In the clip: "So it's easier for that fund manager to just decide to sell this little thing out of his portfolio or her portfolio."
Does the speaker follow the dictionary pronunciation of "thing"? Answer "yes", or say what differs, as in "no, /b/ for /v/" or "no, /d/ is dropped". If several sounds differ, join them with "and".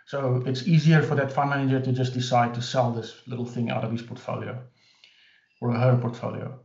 yes